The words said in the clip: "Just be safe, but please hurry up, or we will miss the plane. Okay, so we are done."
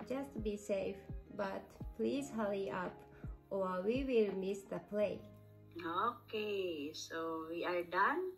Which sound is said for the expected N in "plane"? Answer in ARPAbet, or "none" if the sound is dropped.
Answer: none